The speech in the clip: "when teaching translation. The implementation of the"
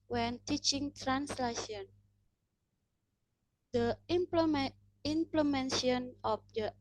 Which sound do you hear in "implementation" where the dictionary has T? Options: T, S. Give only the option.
S